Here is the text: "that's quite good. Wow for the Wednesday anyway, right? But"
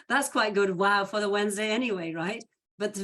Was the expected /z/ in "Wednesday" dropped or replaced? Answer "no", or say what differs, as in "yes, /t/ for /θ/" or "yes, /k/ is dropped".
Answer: no